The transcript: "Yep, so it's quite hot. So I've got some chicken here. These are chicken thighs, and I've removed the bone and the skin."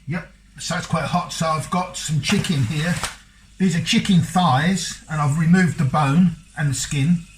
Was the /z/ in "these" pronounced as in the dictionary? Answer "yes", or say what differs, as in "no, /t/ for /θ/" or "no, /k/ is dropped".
yes